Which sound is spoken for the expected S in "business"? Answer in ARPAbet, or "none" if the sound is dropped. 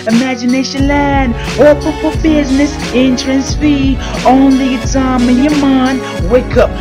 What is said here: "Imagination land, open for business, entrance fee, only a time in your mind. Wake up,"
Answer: S